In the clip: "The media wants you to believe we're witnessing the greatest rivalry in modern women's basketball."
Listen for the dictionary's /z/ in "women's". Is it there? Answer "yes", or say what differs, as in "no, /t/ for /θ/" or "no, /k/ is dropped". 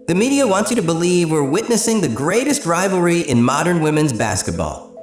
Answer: yes